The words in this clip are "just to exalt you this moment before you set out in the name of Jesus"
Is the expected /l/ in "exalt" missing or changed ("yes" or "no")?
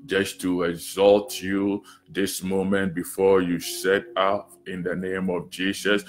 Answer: no